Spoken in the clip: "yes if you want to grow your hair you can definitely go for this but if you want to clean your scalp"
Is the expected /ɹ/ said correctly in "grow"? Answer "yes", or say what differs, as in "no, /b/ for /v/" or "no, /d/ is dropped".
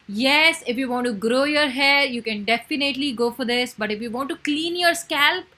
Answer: yes